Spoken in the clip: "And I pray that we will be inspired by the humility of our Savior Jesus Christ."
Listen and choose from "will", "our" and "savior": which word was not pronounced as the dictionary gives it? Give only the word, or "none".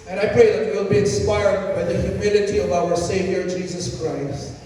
none